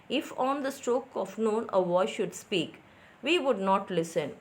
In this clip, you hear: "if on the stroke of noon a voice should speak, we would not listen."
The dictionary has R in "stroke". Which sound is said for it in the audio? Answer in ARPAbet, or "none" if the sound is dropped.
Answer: R